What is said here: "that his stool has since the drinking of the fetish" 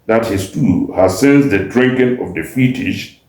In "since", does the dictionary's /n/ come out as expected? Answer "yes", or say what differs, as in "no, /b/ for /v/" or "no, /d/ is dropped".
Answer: yes